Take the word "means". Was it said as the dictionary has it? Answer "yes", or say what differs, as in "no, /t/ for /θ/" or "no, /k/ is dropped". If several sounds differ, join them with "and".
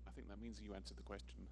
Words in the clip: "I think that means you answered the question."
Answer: yes